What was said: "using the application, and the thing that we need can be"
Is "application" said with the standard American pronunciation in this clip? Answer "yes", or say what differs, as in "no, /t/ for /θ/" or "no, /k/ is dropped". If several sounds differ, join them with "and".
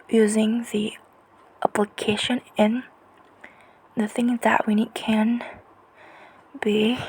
yes